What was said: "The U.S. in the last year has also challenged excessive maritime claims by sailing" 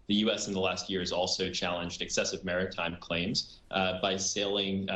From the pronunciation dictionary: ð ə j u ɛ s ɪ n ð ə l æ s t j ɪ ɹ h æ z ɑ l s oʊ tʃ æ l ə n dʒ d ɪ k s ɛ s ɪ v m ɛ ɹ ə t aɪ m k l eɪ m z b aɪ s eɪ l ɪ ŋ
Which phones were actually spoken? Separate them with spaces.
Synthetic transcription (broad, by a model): ð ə j u ɛ s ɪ n ð ə l æ s t j ɪ ɹ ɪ z ɑ l s oʊ tʃ æ l ə n dʒ d ɪ k s ɛ s ɪ v m ɛ ɹ ə t aɪ m k l eɪ m z b aɪ s eɪ l ɪ ŋ